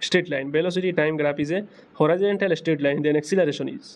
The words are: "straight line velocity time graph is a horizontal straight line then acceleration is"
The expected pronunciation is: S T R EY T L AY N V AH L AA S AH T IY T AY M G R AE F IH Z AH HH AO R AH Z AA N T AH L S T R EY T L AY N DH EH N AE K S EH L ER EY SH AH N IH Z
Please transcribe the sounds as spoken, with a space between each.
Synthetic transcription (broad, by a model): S T R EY T L AY N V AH L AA S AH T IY T AY M G R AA P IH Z AH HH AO R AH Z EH N T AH L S T R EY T L AY N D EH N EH K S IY L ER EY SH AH N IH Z